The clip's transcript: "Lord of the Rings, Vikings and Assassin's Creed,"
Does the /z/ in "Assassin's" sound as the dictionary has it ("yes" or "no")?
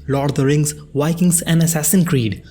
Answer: no